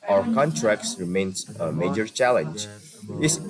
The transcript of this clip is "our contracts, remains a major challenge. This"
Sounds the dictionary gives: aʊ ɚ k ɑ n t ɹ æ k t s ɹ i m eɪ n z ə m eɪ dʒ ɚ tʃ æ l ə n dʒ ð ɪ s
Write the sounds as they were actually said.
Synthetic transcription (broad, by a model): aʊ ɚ k ɑ n t ɹ æ k t s ɹ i m eɪ n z ə m eɪ dʒ ɚ tʃ æ l ə n dʒ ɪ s